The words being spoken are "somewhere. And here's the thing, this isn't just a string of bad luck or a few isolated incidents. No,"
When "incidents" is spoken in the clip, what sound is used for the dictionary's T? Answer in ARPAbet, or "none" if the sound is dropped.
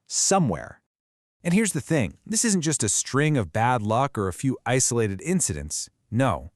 T